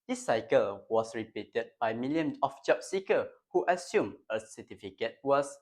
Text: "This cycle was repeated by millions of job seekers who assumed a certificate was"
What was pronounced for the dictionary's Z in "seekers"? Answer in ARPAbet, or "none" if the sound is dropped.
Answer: none